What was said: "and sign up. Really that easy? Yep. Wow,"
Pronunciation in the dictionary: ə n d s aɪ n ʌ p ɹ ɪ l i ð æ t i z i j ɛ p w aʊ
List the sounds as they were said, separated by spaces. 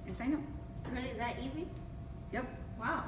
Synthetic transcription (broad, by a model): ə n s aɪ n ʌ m ɹ ɪ l i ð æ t i z i j ɛ p w aʊ